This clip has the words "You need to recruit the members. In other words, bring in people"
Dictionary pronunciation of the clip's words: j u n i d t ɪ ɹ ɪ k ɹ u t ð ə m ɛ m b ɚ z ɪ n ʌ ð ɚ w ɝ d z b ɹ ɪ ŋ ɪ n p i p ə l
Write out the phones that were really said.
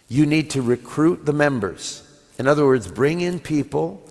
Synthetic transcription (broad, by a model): j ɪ n i d t ɪ ɹ ɪ k ɹ u t ð ə m ɛ m b ɚ z ɪ n ʌ ð ɚ w ɝ d z b ɹ ɪ ŋ ɪ n p i p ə l